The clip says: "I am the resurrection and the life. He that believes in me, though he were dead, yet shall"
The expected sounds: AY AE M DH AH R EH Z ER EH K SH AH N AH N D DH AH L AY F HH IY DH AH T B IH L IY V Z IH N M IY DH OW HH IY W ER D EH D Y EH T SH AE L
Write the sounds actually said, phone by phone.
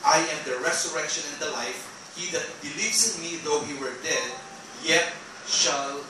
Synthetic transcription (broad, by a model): AY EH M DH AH R EH S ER EH K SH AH N AH N D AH L AY F HH IY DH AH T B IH L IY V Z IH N M IY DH OW HH IY W ER D EH D Y EH T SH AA L